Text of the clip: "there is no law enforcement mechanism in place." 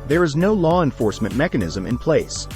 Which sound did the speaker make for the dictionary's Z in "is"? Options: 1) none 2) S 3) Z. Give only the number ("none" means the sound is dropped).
3